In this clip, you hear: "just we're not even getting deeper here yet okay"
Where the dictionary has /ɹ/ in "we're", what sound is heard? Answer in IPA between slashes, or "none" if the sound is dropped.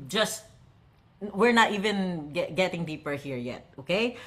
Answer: /ɹ/